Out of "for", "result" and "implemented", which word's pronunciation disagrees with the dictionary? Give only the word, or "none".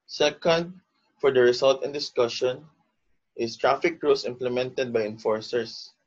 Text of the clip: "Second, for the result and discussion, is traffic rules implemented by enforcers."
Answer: result